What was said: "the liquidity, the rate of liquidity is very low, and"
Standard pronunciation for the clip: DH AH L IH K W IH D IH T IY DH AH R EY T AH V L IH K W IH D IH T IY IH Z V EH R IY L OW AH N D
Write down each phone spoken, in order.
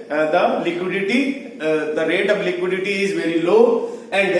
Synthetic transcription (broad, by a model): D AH L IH K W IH D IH T IY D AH R EY T AH V L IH K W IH D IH T IY IH Z V EH R IY L OW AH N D